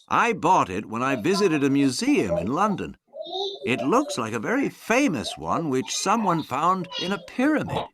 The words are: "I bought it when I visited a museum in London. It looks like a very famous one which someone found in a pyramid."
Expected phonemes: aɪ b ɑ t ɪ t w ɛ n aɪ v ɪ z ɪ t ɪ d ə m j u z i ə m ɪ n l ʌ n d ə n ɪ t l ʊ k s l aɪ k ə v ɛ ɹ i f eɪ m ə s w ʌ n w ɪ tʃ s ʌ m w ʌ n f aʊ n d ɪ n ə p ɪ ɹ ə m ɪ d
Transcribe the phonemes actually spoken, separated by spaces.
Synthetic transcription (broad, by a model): aɪ b ɑ t ɪ t w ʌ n aɪ v ɪ z ɪ t ɪ d ə m j u z i ə m ɪ n l ʌ n d ə n ɪ t l ʊ k s l aɪ k ə v ɛ ɹ i f eɪ m ə s w ʌ n w ɪ tʃ s ʌ m w ʌ n f aʊ n d ɪ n ə p ɪ ɹ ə m ɪ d